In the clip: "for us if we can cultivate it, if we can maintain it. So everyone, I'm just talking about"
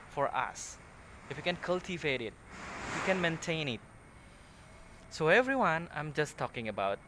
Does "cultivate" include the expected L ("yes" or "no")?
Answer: yes